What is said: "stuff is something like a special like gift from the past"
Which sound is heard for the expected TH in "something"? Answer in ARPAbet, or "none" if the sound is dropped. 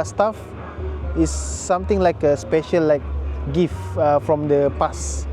T